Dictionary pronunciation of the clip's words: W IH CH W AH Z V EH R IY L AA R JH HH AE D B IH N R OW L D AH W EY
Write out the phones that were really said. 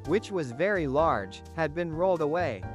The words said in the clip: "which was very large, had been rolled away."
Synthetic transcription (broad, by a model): W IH CH W AH Z V EH R IY L AA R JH HH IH D B IH N R OW L D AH W EY